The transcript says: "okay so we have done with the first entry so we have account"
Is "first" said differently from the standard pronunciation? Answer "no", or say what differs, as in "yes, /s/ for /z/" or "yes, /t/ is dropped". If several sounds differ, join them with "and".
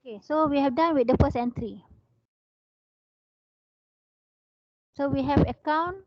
yes, /t/ is dropped